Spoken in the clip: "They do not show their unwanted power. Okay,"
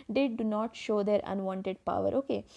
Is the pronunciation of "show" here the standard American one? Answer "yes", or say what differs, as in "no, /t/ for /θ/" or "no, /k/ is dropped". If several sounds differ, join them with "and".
yes